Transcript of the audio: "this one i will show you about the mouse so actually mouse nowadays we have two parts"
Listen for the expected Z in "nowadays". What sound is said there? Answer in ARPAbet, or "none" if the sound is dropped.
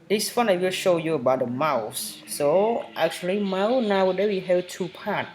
none